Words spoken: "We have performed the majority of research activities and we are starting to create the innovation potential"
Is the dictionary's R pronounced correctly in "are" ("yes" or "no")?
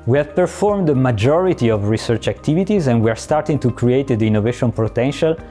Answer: yes